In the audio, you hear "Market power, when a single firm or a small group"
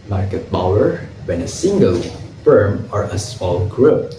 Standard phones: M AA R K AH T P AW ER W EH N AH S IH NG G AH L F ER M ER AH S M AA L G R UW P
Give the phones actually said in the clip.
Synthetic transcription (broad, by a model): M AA R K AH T B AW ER W EH N AH S IH NG G AH L F ER M ER AH S M AA L G R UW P